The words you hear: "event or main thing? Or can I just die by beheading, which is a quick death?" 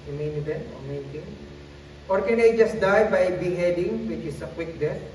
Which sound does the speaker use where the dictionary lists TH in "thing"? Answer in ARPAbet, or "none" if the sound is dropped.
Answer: T